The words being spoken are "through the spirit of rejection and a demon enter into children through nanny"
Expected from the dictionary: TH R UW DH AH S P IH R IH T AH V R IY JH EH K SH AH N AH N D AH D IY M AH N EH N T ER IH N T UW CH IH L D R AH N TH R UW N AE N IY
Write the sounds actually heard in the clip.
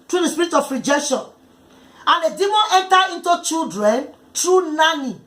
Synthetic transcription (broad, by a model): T R UW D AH S P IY R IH T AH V R IY JH EH K SH AH N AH N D AH D IY M AH N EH N T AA IH N T UW CH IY L D R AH N T R UW N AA N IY